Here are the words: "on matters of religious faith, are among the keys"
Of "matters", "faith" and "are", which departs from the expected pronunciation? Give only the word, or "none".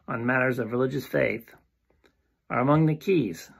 none